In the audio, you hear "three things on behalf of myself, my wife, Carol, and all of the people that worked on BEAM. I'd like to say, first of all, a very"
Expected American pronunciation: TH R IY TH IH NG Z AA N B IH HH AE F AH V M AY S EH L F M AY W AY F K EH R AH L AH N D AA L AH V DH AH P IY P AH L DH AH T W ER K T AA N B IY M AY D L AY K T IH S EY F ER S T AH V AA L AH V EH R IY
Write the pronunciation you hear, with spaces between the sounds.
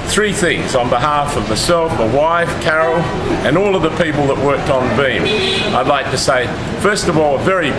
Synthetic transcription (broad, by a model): TH R IY TH IH NG Z N B IH HH AE F AH V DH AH S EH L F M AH W AY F K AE R L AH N AA L AH V DH AH P IY P L DH AH T W ER K T N B IY M AY D L AY K T IH S EY F ER S T AH V AA L AH V EH R IY